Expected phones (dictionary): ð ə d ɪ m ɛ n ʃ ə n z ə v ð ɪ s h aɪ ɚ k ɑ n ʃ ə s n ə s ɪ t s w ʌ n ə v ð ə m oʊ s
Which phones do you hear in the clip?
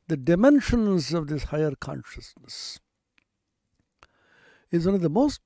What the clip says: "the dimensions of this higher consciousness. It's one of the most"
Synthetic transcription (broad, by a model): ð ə d ɪ m ɛ n ʃ ə n z ə v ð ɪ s h aɪ ɚ k ɑ n ʃ ə s n ə s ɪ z w ʌ n ə v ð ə m oʊ s